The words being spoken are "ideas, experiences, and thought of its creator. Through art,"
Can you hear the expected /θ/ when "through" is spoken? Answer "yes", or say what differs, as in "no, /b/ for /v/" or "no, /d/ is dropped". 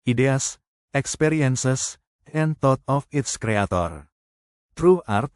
no, /t/ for /θ/